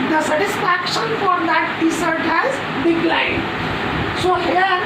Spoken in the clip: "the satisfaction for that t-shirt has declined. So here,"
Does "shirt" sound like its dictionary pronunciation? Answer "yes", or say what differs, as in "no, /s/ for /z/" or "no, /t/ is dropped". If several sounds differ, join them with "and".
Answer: no, /s/ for /ʃ/